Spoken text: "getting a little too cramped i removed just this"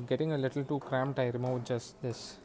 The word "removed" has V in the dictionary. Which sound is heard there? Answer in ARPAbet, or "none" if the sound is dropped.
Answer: none